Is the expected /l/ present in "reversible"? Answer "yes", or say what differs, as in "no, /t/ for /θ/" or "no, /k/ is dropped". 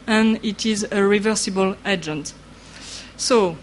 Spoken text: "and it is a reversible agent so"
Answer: yes